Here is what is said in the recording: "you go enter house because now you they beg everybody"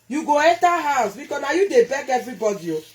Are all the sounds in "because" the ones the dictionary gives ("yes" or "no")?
no